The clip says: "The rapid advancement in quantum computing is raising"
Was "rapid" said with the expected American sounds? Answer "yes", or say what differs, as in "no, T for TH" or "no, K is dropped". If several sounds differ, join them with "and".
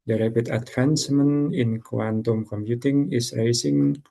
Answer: no, B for P